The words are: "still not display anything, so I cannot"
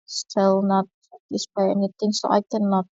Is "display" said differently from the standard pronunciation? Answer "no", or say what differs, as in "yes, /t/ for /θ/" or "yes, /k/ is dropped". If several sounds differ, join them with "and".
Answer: yes, /l/ is dropped